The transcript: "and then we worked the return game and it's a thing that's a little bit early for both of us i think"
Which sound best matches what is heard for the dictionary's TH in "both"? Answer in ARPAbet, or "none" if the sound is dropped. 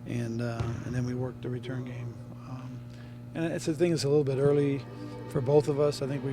TH